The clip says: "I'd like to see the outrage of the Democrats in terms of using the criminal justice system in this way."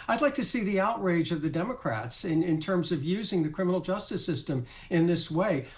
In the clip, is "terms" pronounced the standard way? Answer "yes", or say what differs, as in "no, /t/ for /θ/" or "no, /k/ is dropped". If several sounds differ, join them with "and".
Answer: yes